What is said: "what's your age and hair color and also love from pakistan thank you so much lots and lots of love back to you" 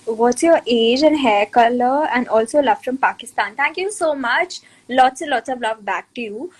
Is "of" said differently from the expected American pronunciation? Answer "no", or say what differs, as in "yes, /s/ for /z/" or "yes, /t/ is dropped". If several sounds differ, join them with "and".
no